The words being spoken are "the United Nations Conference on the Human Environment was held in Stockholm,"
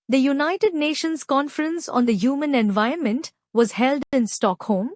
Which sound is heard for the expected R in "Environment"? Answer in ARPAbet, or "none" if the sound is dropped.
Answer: none